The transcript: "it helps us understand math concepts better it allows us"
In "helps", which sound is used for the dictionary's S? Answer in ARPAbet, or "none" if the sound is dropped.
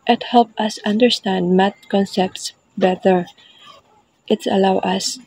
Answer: none